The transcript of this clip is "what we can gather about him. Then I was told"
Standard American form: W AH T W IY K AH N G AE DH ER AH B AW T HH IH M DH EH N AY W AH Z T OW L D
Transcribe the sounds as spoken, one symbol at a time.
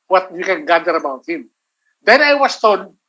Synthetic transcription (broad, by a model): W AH T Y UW K AH N G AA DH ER AH B AW T HH IH M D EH N AY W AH S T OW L